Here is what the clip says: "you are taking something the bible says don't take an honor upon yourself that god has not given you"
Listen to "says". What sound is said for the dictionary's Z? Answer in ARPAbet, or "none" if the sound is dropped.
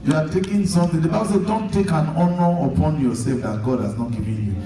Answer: none